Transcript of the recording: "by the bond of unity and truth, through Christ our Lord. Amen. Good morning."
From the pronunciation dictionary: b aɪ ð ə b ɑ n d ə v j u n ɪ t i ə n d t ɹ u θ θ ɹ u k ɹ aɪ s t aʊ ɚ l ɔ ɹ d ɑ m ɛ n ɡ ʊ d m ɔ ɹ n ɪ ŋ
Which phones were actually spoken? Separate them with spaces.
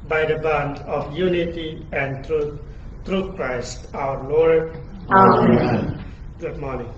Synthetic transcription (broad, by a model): b aɪ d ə b ɑ n d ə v j u n ɪ t i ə n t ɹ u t ɹ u k ɹ aɪ s t aʊ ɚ l ɔ ɹ d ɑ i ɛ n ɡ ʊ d m ɔ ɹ n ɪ ŋ